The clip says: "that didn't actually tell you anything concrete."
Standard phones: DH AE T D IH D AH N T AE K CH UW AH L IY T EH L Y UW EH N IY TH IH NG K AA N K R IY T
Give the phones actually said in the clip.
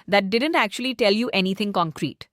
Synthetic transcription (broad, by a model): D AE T D IH D AH N T AE K CH UW AH L IY T EH L Y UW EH N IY T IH NG K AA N K R IY T